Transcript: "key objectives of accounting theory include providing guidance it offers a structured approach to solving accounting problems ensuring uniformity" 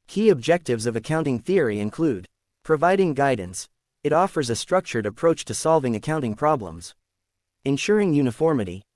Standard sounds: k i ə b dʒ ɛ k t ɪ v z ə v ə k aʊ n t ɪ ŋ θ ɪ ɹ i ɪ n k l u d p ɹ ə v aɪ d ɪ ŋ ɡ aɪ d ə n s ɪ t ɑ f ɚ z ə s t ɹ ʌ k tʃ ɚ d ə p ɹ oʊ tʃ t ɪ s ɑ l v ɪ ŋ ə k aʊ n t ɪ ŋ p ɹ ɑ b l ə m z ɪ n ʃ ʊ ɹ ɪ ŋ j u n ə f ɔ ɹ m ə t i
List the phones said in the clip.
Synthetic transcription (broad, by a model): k i ə b dʒ ɛ k t ɪ v z ə v ə k aʊ n t ɪ ŋ θ ɪ ɹ i ɪ n k l u d p ɹ ə v aɪ d ɪ ŋ ɡ aɪ d n s ɪ t ɑ f ɚ z ə s t ɹ ʌ k tʃ ɚ d ə p ɹ oʊ tʃ t ɪ s ɑ l v ɪ ŋ ə k aʊ n t ɪ ŋ p ɹ ɑ b l ə m z ɪ n ʃ ʊ ɹ ɪ ŋ j u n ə f ɔ ɹ m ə t i